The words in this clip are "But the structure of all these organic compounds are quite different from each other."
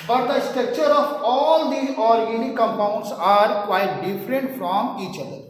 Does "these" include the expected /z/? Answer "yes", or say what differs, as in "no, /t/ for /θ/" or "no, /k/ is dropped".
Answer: no, /z/ is dropped